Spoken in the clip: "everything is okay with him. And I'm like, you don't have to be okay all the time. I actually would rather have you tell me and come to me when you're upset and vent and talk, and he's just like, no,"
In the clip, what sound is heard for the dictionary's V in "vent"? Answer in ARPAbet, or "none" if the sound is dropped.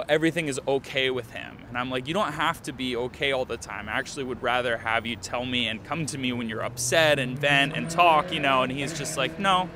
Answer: V